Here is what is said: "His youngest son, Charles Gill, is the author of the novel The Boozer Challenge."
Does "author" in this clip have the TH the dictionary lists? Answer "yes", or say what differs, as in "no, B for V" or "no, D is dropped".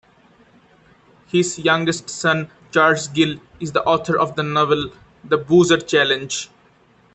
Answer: no, T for TH